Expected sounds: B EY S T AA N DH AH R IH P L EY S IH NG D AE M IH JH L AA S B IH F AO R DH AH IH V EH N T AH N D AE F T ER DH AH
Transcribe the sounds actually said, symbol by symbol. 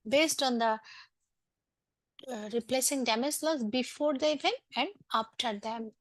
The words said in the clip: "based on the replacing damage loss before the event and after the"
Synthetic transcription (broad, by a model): B EY S T AA N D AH R IH P L EY S IH NG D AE M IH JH L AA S B IH F AO R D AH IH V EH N AH N D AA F T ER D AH